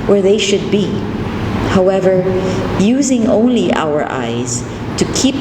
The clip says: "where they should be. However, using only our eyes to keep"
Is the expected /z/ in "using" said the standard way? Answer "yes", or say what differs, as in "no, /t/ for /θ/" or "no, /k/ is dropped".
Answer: yes